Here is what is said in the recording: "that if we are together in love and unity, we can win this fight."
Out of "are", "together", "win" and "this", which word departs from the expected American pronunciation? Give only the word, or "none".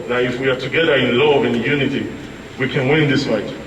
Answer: none